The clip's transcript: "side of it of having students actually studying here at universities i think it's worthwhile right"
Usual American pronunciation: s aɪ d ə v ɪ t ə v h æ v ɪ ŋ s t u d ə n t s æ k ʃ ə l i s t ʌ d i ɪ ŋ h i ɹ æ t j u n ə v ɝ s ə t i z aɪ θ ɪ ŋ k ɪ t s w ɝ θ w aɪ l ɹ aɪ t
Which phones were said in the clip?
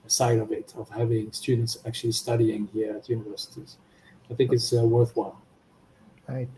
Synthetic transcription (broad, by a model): s aɪ d ə v ɪ t ə v h æ v ɪ ŋ s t u d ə n t s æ k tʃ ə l i s t ʌ d i ɪ ŋ h i ɹ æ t j u n ə v ɝ s ə t i z aɪ θ ɪ ŋ k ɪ t s w ɝ θ w aɪ l